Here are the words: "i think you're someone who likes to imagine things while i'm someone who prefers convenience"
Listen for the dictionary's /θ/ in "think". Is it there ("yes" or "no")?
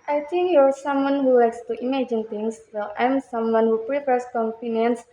no